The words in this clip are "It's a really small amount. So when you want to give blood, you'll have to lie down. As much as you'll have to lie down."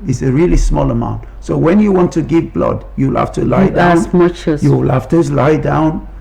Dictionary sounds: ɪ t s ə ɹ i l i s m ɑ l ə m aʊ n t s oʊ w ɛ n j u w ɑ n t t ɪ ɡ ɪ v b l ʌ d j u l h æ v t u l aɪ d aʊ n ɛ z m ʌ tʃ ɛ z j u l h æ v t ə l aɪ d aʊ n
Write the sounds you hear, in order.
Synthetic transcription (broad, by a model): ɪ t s ə ɹ i l i s m ɑ l ə m aʊ n t s oʊ w ɛ n j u w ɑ n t t ɪ ɡ ɪ v b l ʌ d j u l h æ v t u l aɪ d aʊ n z m ʌ tʃ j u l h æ f t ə l aɪ d aʊ n